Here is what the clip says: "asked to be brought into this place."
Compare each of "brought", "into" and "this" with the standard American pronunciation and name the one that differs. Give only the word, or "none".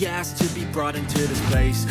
none